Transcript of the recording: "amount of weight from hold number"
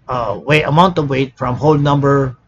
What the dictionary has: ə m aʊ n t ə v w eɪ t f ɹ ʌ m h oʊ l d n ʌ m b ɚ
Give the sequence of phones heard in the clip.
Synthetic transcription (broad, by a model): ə m aʊ n t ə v w eɪ t f ɹ ʌ m h oʊ l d n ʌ m b ɚ